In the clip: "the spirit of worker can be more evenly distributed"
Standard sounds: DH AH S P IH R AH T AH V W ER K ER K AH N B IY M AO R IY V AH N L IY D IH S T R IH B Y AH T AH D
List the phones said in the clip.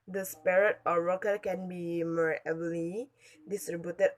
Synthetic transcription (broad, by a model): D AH S P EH R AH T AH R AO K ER K AH N B IY M AO R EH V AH L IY D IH S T R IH B Y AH T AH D